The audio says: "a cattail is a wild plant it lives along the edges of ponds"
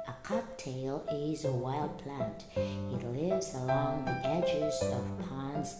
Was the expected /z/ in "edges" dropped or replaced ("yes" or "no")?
no